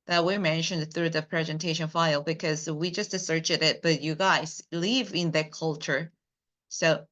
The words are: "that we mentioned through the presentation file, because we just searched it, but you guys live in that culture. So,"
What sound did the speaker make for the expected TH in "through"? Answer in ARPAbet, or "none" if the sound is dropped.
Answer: TH